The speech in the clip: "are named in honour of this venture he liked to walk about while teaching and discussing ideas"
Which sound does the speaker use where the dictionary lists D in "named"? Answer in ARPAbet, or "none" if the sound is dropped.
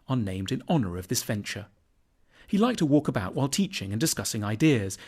D